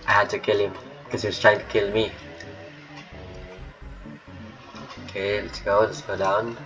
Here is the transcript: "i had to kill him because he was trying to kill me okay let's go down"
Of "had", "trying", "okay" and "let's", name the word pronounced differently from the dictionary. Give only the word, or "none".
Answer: none